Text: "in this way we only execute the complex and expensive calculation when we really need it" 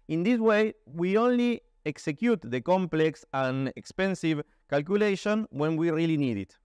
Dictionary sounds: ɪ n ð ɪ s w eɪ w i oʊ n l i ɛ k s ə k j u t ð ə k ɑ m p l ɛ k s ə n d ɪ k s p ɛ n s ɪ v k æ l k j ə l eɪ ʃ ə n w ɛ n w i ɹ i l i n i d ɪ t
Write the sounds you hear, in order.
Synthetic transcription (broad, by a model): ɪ n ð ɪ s w eɪ w i oʊ n l i ɛ k s ə k j u t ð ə k ɑ m p l ɛ k s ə n ɪ k s p ɛ n s ɪ v k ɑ l k j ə l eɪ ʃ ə n w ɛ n w i ɹ i l i n i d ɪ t